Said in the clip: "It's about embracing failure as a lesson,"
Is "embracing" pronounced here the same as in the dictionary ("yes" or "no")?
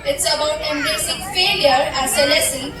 no